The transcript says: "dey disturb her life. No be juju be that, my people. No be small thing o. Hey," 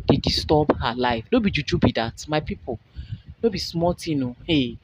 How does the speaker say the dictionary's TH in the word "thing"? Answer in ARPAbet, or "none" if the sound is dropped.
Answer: T